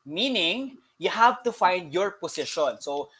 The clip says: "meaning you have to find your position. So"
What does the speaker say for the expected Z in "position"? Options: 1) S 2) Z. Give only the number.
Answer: 1